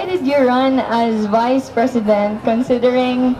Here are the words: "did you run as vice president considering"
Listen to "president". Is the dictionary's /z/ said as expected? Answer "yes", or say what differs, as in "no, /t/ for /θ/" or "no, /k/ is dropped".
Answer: no, /s/ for /z/